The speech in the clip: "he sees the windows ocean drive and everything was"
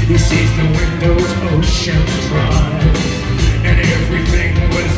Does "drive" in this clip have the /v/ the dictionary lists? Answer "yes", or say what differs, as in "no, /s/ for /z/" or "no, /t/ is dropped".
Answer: no, /v/ is dropped